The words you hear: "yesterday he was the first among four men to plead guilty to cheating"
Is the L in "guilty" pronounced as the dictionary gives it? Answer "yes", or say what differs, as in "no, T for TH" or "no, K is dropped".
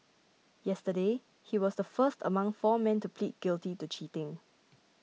yes